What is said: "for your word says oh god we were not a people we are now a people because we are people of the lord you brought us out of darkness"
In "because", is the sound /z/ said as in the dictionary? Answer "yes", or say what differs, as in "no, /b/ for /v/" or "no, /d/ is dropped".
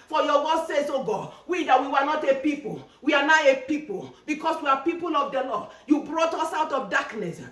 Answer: no, /s/ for /z/